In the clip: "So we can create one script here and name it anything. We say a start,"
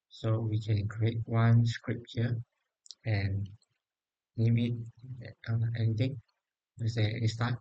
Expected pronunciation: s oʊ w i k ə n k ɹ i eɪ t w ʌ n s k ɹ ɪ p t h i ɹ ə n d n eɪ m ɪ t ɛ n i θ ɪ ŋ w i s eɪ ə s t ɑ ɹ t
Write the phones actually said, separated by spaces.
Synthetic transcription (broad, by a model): s oʊ w i k ə n k ɹ i eɪ t w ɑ n s k ɹ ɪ p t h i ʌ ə n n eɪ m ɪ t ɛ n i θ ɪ ŋ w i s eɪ ə s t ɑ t